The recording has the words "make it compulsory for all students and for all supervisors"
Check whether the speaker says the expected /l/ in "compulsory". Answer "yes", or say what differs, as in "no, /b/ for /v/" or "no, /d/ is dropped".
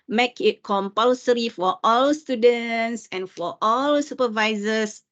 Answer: yes